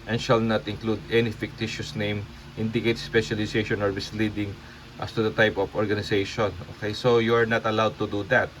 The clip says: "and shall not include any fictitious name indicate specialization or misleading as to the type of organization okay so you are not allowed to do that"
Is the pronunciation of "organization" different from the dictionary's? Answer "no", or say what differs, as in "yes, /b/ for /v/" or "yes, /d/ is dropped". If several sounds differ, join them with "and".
yes, /s/ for /z/